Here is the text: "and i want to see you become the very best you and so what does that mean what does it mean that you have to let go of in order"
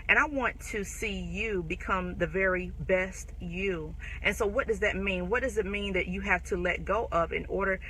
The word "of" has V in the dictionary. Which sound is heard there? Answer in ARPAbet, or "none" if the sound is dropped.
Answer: P